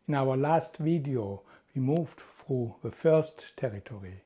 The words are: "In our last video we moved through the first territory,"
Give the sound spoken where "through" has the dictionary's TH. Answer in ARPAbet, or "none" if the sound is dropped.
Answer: F